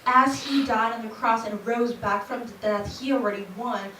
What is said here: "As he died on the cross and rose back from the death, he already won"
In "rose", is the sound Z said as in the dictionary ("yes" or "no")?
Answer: yes